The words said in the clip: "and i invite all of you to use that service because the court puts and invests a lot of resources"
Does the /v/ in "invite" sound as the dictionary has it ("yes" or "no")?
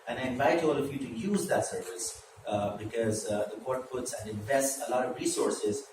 yes